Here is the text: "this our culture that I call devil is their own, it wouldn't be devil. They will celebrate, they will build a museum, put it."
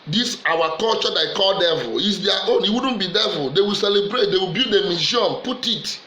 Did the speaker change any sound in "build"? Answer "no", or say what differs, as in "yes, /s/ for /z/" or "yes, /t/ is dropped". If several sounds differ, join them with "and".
yes, /l/ is dropped